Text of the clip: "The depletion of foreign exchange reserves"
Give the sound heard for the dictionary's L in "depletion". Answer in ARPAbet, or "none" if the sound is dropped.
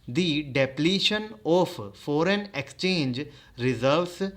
L